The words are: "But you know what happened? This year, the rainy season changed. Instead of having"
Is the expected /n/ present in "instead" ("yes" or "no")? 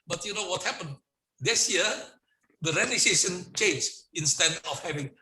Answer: yes